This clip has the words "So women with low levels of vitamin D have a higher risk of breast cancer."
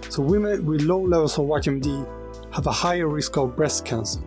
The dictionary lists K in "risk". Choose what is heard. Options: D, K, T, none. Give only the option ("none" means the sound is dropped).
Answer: K